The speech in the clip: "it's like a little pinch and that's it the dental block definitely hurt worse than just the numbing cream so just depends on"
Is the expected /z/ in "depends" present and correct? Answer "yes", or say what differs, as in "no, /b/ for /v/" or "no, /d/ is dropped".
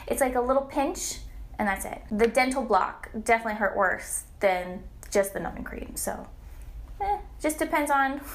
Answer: yes